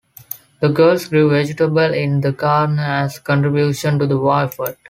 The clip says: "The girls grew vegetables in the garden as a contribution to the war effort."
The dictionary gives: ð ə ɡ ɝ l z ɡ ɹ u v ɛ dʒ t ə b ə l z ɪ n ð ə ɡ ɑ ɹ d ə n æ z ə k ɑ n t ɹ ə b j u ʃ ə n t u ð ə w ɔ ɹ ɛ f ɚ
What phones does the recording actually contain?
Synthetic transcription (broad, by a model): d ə ɡ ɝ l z ɡ ɹ u v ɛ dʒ t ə b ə l ɪ n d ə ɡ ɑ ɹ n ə æ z k ɑ n t ɹ ə b j u ʃ ə n t u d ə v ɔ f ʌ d